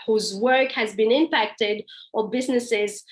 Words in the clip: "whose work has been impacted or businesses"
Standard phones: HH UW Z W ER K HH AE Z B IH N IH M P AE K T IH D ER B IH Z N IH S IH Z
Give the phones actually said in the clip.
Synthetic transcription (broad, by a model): HH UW Z W ER K HH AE Z B IH N IH M P AE K T IH D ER B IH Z N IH S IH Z